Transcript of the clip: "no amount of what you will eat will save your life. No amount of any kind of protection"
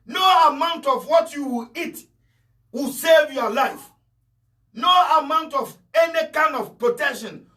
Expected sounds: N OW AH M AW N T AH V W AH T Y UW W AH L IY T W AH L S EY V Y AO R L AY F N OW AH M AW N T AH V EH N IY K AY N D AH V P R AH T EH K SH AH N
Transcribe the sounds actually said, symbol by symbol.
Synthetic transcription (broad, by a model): N OW AH M AW N T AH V W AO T Y UW W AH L IY T W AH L S EY V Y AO L AY F N OW AH M AW N T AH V EH N IY K AY N D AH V P R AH T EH K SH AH N